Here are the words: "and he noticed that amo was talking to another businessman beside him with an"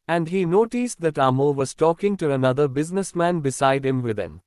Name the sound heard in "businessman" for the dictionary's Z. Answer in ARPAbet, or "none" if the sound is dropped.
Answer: Z